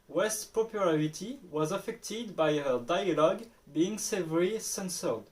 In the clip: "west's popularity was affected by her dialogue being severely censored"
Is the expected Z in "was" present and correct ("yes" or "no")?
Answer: yes